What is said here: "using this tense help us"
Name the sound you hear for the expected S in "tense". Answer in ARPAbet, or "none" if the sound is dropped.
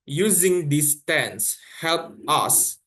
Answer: S